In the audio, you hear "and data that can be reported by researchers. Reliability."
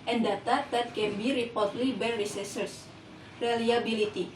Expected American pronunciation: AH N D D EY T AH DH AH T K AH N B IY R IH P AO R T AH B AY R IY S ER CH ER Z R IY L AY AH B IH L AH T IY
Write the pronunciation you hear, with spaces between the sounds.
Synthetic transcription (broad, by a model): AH N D D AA T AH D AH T K AH N B IY R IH P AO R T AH B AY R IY S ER S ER S R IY L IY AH B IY L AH T IY